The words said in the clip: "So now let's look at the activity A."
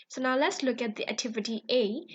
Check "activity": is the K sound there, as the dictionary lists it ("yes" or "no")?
yes